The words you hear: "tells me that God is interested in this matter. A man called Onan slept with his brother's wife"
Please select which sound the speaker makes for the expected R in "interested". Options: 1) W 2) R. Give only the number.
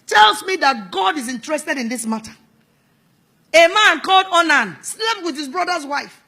2